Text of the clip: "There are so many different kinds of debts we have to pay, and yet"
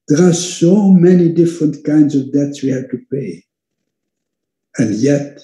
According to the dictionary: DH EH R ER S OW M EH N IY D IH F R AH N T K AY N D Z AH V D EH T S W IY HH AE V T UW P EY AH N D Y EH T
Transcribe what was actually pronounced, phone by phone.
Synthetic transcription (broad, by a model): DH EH R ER S OW M EH N IY D IH F R AH N T K AY N D Z AH V D EH T S W IY HH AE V T UW P EY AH N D Y EH T